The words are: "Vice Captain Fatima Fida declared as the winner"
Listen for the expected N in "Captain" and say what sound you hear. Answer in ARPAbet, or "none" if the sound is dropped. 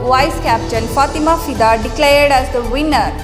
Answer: L